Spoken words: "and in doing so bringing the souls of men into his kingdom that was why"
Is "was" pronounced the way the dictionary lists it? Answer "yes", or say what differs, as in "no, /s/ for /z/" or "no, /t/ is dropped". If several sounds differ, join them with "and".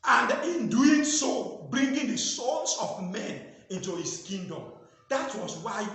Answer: no, /s/ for /z/